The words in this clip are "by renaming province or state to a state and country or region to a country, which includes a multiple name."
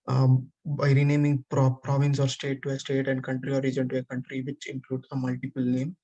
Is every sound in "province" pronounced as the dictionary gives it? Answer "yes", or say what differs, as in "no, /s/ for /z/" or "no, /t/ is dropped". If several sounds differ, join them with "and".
yes